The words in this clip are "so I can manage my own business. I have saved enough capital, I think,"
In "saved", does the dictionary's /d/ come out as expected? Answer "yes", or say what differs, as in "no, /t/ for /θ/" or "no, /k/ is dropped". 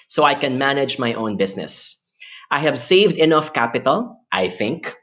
yes